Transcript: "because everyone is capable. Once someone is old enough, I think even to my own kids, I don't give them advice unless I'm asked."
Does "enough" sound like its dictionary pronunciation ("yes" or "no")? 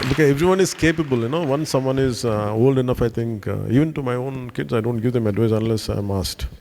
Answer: yes